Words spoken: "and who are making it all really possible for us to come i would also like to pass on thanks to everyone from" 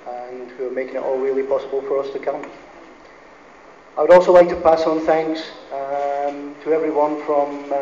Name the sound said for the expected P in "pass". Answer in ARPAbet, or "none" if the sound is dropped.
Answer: P